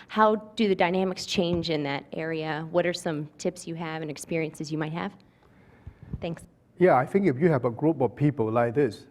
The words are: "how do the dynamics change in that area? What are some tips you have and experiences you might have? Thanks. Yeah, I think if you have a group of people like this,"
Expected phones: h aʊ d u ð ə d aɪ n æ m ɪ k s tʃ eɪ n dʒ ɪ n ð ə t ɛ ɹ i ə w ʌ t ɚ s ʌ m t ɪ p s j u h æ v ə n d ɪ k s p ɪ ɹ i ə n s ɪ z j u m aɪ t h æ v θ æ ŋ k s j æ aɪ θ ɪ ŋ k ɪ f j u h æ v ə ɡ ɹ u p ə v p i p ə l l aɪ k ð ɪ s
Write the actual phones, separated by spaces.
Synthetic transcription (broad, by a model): h aʊ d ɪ ð ə d aɪ n æ m ɪ k s tʃ eɪ n dʒ ɪ n ð ə t ɛ ɹ i ə w ʌ t ɚ s ʌ m t ɪ p s j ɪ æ v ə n ɪ k s p ɪ ɹ i ə n s ɪ z j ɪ m aɪ t h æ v θ æ ŋ k s j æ aɪ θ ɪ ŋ k ɪ f j u h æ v ə ɡ ɹ u p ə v p i p ə l l aɪ k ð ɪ s